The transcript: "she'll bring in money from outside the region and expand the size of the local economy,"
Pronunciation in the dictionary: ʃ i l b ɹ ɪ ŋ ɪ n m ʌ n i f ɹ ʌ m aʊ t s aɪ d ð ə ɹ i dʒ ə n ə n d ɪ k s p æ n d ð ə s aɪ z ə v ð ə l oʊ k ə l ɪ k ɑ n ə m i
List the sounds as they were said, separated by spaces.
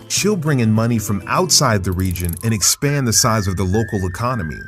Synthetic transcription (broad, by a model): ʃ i l b ɹ ɪ ŋ ɪ n m ʌ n i f ɹ ʌ m aʊ t s aɪ d ð ə ɹ i dʒ ə n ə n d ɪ k s p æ n ð ə s aɪ z ə v ð ə l oʊ k l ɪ k ɑ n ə m i